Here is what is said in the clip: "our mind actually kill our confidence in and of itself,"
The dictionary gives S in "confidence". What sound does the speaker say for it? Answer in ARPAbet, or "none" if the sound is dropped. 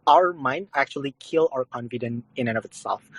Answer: none